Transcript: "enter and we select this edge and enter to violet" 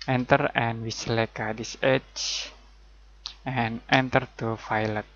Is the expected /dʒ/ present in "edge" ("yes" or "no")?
no